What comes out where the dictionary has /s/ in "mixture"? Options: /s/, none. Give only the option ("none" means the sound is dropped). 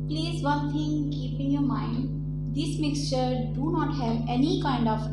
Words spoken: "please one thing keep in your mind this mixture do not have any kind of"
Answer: /s/